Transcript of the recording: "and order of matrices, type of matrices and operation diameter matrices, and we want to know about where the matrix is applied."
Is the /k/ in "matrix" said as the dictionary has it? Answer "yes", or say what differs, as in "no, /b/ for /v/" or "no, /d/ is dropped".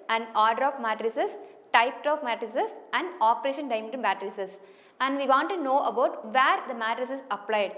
no, /k/ is dropped